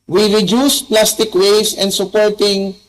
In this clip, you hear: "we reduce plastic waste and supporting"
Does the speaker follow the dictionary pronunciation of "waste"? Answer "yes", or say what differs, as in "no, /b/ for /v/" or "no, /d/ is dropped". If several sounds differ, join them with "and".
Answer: no, /t/ is dropped